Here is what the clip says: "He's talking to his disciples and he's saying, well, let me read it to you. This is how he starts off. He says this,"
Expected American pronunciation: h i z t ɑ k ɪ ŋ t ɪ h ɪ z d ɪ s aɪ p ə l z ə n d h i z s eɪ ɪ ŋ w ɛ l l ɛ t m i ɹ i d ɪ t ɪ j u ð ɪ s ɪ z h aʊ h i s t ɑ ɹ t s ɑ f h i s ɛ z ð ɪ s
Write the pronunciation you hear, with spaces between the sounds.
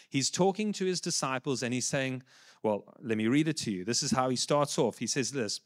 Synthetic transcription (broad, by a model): h i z t ɑ k ɪ ŋ t ɪ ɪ z d ɪ s aɪ p ə l z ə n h i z s eɪ ɪ ŋ w ɛ l l ɛ t m i ɹ i d ɪ t ɪ j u ð ɪ s ɪ z h aʊ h i s t ɑ ɹ t s ɑ f h i s ɛ z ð ɪ s